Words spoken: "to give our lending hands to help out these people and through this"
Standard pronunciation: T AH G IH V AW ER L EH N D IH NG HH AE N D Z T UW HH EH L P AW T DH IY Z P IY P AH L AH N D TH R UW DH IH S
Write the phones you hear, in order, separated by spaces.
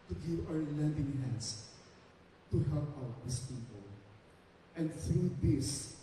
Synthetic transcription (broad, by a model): T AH G IH V AW ER L EH N D IH NG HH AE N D S T UW HH EH L P AW T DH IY S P IY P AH L AH N D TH R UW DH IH S